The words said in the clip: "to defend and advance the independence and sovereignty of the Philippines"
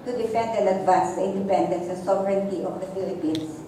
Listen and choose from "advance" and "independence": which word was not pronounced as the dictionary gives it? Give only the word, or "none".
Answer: advance